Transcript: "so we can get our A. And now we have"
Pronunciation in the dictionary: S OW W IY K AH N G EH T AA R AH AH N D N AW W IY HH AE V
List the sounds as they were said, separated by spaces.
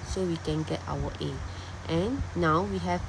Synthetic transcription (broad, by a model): S OW W IY K AH N G EH T AA W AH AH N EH N AW W IY HH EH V